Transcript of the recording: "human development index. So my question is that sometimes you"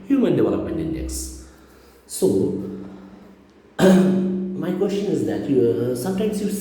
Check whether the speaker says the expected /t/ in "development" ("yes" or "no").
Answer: no